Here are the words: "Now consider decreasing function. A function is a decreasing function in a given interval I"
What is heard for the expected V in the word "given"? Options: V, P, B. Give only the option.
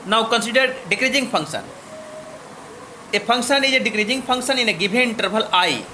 B